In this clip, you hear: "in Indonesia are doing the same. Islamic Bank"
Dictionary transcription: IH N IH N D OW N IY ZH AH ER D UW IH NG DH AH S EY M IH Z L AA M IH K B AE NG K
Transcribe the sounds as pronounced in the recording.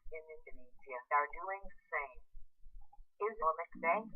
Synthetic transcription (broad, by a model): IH N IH N D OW N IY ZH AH ER D UW IH NG S EY M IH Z AA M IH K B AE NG